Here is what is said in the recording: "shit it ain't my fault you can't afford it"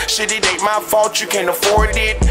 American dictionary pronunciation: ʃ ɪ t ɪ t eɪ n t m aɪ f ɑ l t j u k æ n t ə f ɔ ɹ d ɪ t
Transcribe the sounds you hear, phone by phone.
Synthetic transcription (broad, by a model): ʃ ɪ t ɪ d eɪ t m aɪ f ɑ l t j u k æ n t ə f ɔ ɹ d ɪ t